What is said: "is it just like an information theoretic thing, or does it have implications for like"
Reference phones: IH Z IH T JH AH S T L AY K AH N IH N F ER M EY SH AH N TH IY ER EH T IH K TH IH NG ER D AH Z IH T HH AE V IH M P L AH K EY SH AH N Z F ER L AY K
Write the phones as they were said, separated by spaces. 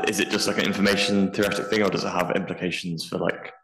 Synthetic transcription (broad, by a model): IH Z IH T JH AH S T L AY K AH N IH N F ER M EY SH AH N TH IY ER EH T IH K TH IH NG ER D AH Z IH T HH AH V IH M P L AH K EY SH AH N Z F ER L AY K